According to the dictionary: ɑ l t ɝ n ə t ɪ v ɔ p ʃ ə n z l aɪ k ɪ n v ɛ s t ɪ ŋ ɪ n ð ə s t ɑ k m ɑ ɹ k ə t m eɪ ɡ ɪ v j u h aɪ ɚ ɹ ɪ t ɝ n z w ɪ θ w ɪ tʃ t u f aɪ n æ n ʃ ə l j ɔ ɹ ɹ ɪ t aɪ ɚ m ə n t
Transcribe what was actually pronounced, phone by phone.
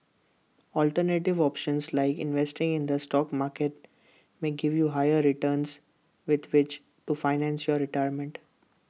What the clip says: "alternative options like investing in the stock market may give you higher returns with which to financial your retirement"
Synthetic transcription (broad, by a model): ɑ l t ɝ n ə t ɪ v ɔ p ʃ ə n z l aɪ k ɪ n v ɛ s t ɪ ŋ ɪ n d ə s t ɑ k m ɑ ɹ k ə t m eɪ ɡ ɪ v j u h aɪ ɚ ɹ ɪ t ɝ n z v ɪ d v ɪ tʃ t u f aɪ n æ n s j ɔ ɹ ɹ ɪ t aɪ ɚ m ə n t